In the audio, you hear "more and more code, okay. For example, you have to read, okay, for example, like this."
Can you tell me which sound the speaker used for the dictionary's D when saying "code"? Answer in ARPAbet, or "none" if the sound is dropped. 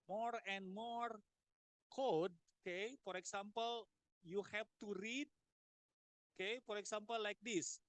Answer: D